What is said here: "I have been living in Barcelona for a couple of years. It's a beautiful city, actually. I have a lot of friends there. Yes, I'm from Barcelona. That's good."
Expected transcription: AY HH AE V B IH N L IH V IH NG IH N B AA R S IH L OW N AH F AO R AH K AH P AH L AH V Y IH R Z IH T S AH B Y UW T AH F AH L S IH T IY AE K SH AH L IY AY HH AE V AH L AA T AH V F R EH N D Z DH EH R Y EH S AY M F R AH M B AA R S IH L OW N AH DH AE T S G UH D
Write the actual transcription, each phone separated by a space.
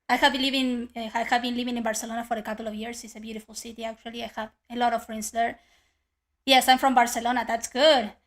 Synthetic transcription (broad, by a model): AY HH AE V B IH N L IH V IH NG IH N B AA R S IH L OW N AH F AO R AH K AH P L AH V Y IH R S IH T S AH B Y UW T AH F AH L S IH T IY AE K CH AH L IY AY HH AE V AH L AA T AH V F R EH N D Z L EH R Y EH S AY M F R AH M B AA R S IH L OW N AH DH AE T S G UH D